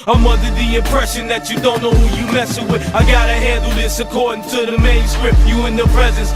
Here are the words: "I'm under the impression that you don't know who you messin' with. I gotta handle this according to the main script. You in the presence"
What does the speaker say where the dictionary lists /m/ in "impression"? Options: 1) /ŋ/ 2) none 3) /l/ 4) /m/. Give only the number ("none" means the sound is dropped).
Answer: 4